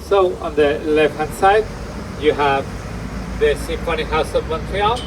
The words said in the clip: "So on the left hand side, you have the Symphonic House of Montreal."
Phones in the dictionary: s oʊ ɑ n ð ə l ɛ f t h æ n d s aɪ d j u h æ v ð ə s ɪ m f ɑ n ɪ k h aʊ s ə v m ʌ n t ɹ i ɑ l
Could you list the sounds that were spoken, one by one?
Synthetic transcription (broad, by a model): s oʊ ɑ n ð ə l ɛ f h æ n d s aɪ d j u h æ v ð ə s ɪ f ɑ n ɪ h aʊ s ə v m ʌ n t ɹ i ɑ